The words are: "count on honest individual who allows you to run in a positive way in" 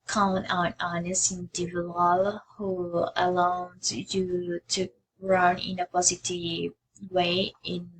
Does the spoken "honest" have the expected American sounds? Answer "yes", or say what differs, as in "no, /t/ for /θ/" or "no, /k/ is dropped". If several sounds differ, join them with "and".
no, /t/ is dropped